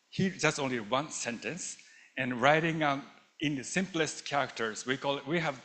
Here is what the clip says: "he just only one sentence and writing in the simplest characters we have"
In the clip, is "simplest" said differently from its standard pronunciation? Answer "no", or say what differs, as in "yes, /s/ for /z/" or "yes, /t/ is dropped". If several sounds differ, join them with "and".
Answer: no